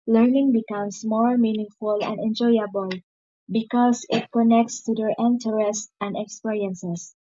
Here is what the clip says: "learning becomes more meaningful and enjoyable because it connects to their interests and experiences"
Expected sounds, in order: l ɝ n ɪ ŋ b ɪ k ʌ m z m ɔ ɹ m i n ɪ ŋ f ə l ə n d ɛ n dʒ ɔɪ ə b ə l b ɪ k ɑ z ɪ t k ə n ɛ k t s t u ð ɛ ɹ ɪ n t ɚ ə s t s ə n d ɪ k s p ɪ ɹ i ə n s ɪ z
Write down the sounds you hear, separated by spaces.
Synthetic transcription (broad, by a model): l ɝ n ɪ ŋ b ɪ k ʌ m s m ɔ ɹ m i n ɪ ŋ f ə l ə n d ɛ n dʒ ɔɪ ə b ə l b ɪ k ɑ s ɪ t k ə n ɛ k t s t u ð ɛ ɹ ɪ n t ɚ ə s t ə n d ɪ k s p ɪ ɹ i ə n s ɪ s